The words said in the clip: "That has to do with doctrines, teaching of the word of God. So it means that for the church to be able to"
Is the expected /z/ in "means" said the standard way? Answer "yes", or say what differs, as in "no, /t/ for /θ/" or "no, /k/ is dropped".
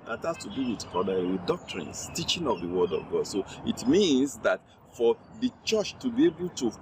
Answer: no, /s/ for /z/